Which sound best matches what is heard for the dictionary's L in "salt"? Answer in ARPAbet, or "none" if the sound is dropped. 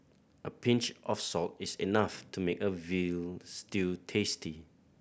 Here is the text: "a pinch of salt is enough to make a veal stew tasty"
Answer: L